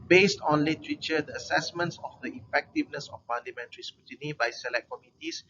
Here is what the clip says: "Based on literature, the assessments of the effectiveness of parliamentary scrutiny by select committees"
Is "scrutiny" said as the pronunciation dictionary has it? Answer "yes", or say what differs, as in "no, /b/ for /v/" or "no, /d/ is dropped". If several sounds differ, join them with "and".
no, /ɹ/ is dropped